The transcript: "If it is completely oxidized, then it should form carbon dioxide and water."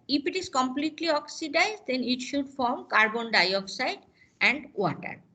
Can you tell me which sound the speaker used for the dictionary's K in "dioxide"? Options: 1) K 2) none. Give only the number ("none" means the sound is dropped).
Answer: 1